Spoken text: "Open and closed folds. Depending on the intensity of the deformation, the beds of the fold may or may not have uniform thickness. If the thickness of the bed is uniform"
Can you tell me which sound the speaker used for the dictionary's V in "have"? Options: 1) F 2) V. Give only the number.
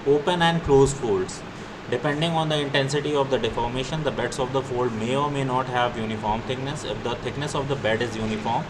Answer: 2